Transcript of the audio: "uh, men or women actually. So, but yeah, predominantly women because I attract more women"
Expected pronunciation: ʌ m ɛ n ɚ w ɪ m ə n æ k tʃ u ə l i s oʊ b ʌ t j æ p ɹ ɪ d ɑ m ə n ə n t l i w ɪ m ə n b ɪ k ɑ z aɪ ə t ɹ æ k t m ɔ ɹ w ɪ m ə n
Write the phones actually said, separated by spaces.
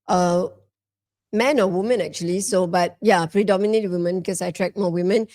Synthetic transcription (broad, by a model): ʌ m ɛ n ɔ w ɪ m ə n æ k tʃ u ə l i s oʊ b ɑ t j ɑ p ɹ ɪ d ɑ m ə n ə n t w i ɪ m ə n b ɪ k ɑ s aɪ t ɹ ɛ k m ɔ w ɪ m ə n